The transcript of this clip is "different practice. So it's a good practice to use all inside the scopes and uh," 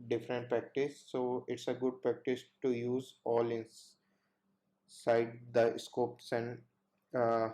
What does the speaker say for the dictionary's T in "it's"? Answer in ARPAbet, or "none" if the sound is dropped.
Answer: T